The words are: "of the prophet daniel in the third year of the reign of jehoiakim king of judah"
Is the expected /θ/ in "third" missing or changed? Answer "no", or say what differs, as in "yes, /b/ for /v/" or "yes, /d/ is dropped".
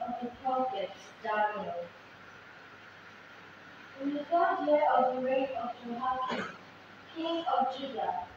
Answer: yes, /f/ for /θ/